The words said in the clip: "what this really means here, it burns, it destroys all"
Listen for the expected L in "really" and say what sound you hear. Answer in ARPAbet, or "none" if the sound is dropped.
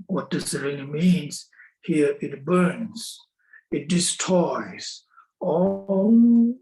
N